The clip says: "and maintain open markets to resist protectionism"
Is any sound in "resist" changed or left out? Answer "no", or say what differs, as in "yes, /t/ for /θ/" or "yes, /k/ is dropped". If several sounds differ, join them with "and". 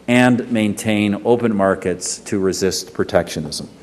no